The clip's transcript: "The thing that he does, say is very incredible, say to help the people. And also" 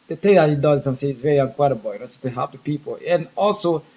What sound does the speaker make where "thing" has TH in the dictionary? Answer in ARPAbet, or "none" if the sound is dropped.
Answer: T